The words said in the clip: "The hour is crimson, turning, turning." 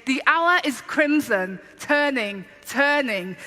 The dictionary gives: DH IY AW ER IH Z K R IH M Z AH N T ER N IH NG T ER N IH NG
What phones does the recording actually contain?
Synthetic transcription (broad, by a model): DH IY AW ER IH Z K R IH M Z AH N T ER N IH NG T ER N IH NG